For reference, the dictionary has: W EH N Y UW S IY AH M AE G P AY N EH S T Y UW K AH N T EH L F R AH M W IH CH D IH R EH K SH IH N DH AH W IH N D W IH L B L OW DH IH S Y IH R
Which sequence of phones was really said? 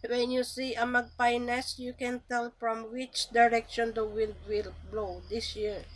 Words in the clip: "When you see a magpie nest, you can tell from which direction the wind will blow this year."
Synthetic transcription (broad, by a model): W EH N Y UW S IY AH M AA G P AY N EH S Y UW K AH N T EH L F R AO M W IH CH D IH R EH K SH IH N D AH W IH L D W IH L B L OW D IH S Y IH R